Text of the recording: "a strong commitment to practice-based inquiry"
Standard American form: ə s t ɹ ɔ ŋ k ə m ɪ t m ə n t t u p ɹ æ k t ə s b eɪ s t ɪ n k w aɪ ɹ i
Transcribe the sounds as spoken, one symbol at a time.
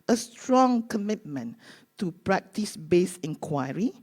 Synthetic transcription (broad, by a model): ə s t ɹ ɔ ŋ k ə m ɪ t m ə n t t u p ɹ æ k t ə s b eɪ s ɪ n k w aɪ ɹ i